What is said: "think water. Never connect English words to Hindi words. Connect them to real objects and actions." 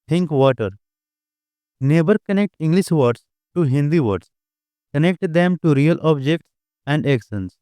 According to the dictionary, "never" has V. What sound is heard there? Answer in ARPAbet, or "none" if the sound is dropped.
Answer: B